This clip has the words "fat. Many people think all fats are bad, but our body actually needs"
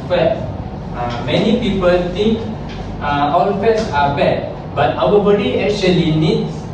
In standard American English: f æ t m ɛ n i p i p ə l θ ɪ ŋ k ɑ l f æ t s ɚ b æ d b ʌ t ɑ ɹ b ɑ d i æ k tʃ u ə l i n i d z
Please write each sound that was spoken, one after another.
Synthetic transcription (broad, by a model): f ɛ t m ɛ n i p i p ə l t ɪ ŋ k ɑ l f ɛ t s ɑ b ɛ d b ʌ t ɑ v b ɑ d i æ k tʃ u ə l i n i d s